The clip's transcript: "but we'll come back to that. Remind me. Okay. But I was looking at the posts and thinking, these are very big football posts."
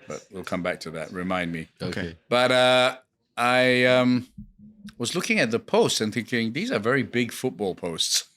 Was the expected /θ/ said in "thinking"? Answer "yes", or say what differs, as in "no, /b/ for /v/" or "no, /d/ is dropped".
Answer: yes